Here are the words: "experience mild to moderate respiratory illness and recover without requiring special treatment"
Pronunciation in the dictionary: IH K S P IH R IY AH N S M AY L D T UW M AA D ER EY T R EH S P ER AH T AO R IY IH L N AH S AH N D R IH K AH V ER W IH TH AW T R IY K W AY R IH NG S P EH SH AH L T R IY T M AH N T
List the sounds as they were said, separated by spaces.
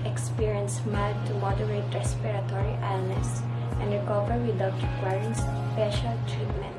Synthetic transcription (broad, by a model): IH K S P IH R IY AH N S M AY D T UW M AA D ER EY T R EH S P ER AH T AO R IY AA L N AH S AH N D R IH K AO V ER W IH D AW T R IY K W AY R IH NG S P EH SH AH L T R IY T M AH N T